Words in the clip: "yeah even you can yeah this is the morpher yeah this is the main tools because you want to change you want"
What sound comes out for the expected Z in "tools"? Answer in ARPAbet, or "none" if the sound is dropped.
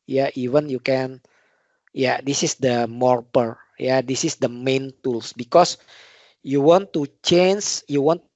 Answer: S